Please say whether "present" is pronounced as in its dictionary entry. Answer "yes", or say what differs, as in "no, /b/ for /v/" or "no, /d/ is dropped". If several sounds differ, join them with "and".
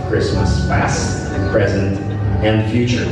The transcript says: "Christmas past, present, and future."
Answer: yes